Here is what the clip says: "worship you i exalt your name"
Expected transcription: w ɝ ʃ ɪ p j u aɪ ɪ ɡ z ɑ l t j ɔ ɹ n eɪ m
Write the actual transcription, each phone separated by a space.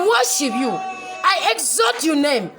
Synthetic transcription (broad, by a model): w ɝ ʃ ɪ p j u aɪ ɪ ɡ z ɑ t j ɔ n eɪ m